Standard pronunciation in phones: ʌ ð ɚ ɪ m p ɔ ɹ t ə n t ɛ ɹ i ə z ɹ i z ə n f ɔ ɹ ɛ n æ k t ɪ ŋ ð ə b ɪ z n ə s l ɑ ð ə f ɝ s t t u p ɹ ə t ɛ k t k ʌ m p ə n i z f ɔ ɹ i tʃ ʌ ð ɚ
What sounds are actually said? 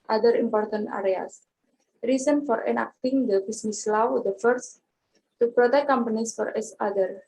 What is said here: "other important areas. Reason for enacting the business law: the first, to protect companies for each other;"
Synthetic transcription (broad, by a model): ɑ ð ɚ ɪ m p ɔ ɹ t ə n t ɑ ɹ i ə s ɹ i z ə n f ɔ ɹ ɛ n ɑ k t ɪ ŋ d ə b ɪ s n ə s l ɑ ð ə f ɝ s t t u p ɹ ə t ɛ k k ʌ m p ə n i s f ɔ ɹ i s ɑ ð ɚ